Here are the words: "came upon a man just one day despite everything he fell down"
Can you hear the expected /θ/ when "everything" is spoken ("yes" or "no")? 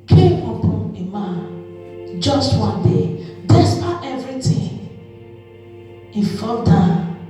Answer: no